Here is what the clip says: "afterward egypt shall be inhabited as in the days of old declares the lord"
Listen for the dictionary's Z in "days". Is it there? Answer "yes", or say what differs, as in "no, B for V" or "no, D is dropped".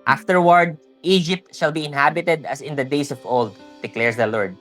no, S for Z